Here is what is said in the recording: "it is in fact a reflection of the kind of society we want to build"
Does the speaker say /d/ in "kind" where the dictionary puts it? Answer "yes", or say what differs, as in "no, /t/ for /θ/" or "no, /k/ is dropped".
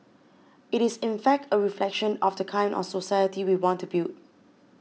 no, /d/ is dropped